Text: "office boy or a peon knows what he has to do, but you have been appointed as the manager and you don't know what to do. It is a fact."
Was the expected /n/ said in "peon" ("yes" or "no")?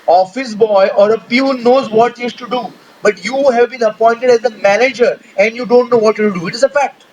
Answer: no